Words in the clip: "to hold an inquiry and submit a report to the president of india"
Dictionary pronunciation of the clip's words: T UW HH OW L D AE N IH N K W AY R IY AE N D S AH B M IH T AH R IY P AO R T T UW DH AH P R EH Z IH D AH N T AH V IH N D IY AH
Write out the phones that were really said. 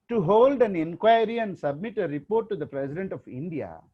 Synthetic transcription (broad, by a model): T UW HH OW L D AE N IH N K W AY R IY AE N D S AH B M IH T AH R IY P AO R T T UW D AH P R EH S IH D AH N T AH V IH N D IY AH